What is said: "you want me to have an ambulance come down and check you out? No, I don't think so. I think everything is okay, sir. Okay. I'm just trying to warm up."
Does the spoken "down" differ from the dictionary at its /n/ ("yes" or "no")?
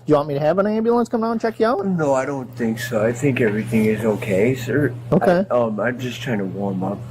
yes